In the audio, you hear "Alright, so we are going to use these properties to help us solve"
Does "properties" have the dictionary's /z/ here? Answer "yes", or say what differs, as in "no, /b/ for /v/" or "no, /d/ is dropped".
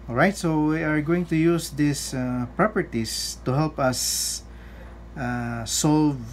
no, /s/ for /z/